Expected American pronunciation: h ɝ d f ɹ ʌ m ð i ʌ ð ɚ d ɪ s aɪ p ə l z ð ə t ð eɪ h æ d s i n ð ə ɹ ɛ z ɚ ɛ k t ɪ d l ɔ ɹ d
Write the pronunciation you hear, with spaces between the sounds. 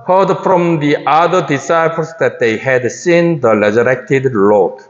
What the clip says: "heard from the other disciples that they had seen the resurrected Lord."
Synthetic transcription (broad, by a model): h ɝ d f ɹ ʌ m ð i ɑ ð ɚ d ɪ s aɪ p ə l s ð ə t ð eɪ h æ d s i n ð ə l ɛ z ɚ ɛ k t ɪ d l ɔ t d